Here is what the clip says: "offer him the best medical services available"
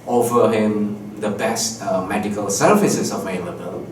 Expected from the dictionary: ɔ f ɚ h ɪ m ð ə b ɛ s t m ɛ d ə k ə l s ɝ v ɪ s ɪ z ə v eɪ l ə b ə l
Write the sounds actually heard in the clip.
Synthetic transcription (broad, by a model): ɔ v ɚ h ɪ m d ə b ɛ s t m ɛ d ə k ə l s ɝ f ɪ s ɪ s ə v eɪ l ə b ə l